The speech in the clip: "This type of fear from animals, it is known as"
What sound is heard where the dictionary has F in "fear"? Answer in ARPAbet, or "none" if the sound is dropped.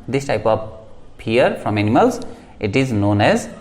P